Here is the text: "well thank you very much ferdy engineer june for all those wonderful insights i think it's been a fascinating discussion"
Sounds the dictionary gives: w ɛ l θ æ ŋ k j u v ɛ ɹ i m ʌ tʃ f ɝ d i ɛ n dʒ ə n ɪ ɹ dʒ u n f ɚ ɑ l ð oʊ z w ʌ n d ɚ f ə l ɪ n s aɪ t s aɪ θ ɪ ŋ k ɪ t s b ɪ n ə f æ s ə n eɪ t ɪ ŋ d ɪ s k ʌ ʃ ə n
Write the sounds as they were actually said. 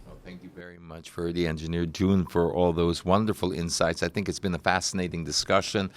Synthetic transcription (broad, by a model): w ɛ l θ æ ŋ k j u v ɛ ɹ i m ʌ tʃ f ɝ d i ɛ n dʒ ə n ɪ ɹ dʒ u n f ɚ ɑ l ð oʊ z w ʌ n d ɚ f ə l ɪ n s aɪ t s aɪ θ ɪ ŋ k ɪ t s b ɪ n ə f æ s ə n eɪ t ɪ ŋ d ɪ s k ʌ ʃ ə n